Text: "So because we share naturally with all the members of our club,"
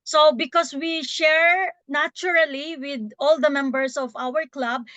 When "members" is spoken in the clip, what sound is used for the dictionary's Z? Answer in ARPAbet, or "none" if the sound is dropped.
S